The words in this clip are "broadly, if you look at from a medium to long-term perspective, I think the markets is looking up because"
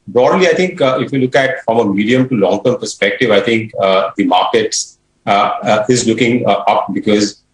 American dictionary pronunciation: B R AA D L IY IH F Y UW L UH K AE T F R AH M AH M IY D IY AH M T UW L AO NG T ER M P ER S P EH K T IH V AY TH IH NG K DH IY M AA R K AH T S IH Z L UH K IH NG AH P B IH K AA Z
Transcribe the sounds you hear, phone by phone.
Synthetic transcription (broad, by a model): B R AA D L IY IH F Y UW L UH K AE T F R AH M AH M IY D IY AH M T UW L AO NG T ER M P ER S P EH K T IH V AY T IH NG K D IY M AA R K AH T S IH Z L UH K IH NG AH P B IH K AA Z